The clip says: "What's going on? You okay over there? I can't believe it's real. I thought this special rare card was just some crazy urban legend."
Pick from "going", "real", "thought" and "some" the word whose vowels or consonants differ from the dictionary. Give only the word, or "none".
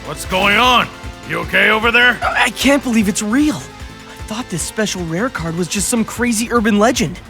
none